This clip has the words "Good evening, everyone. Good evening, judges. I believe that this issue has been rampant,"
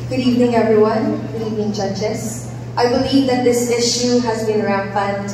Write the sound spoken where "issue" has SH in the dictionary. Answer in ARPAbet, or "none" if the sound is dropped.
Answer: SH